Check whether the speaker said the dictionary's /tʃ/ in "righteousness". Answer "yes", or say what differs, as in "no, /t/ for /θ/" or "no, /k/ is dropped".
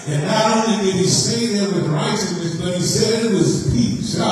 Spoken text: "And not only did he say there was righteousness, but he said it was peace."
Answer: no, /s/ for /tʃ/